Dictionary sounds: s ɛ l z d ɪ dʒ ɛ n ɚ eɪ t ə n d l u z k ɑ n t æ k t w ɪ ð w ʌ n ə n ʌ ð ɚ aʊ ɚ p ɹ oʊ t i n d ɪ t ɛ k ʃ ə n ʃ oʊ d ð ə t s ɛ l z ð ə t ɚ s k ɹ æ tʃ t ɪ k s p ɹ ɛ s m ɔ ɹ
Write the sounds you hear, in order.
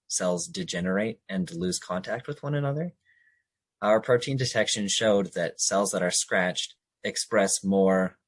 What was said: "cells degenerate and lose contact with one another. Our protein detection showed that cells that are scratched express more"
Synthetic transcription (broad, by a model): s ɛ l z d ɪ dʒ ɛ n ɚ eɪ t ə n l u z k ɑ n t æ k t w ɪ ð w ʌ n ə n ʌ ð ɚ aʊ ɚ p ɹ oʊ t i n d ɪ t ɛ k ʃ ə n ʃ oʊ d ð ə t s ɛ l z ð ə t ɚ s k ɹ æ tʃ t ɪ k s p ɹ ɛ s m ɔ ɹ